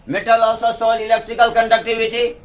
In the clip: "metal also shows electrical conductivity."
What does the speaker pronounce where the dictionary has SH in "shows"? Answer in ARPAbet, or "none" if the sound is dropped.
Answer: S